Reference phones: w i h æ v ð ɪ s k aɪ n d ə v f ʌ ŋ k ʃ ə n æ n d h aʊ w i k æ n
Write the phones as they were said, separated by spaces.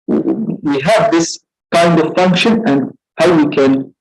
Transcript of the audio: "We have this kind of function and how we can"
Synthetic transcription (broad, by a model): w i h æ v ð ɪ s k aɪ n d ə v f ʌ ŋ k ʃ ə n æ n d h aʊ w i k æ n